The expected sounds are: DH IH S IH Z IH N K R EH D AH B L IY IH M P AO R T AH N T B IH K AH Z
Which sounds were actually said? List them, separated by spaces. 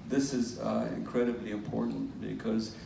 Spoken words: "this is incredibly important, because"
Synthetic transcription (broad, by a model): DH IH S IH Z IH N K R EH D AH B L IY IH M P AO R T N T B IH K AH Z